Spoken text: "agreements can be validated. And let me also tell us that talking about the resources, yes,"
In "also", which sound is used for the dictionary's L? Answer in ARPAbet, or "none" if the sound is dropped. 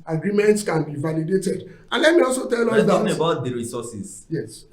L